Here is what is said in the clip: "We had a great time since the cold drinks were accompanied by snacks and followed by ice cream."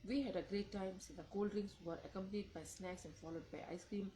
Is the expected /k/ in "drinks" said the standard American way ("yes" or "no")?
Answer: no